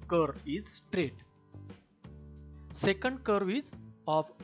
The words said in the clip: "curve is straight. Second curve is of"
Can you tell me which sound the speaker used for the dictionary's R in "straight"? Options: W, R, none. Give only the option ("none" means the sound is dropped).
R